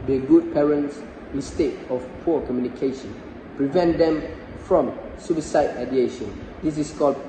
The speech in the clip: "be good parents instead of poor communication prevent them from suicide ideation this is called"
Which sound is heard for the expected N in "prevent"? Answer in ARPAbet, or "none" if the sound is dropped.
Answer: N